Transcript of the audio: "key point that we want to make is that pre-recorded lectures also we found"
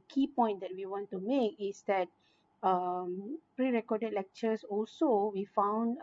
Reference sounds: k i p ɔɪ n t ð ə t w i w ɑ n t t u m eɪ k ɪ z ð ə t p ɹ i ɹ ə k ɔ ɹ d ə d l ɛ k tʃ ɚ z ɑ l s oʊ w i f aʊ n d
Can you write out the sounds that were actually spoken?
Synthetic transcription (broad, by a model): k i p ɔɪ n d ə t w i w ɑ n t t u m eɪ k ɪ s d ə t p ɹ i ɹ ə k ɔ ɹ d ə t l ɛ k tʃ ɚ s ɑ l s oʊ w i f aʊ n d